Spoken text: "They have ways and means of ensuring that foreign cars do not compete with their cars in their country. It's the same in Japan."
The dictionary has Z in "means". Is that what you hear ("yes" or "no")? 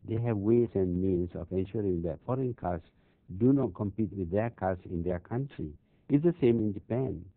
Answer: no